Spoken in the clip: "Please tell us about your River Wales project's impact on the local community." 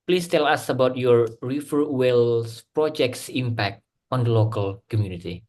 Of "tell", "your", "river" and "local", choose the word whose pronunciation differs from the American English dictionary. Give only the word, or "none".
river